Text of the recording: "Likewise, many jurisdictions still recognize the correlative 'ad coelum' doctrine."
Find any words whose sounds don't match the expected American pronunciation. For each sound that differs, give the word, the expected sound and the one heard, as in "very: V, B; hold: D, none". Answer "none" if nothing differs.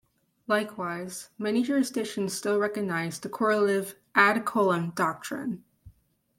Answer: jurisdictions: K, none